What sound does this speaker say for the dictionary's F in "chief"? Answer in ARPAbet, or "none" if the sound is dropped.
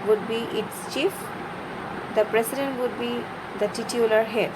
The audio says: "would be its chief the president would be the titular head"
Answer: F